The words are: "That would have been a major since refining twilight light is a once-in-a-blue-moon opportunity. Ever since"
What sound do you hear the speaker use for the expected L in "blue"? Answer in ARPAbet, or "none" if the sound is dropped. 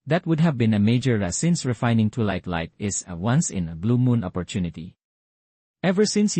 L